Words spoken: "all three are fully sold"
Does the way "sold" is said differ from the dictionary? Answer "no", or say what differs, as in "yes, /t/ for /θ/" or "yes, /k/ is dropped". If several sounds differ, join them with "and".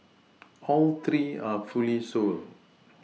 yes, /d/ is dropped